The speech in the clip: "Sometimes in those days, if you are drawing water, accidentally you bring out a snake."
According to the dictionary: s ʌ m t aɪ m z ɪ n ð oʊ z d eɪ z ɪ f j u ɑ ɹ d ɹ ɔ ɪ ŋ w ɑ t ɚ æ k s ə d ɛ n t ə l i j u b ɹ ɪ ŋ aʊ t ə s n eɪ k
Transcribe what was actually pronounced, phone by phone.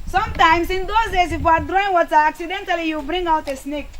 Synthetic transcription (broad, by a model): s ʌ m t aɪ m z ɪ n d oʊ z d eɪ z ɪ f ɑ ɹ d ɹ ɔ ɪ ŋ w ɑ s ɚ æ k s ə d ɛ n t ə l i j u b ɹ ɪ ŋ aʊ t ə s n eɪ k